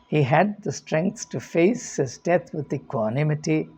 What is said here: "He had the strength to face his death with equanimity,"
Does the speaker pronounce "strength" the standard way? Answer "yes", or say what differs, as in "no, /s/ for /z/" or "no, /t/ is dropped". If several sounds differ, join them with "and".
no, /s/ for /θ/